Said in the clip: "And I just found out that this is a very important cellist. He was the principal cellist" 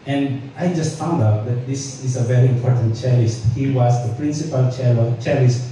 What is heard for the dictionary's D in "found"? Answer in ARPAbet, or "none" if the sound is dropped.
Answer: D